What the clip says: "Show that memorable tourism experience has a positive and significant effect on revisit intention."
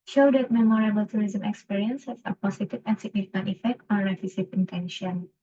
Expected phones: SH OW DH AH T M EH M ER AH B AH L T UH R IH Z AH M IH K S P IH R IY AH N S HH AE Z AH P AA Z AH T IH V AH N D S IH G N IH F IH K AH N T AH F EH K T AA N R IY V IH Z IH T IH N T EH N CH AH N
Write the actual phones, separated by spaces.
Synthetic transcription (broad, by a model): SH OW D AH T M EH M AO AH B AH L T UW R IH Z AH M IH K S P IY R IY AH N S HH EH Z AH P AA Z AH T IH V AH N S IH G N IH F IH K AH N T AH F EH K T AA N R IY F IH S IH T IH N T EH N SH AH N